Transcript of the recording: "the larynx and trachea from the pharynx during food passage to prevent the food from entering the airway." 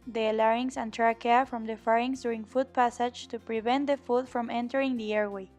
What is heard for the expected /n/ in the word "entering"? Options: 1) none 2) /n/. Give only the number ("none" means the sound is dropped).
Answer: 2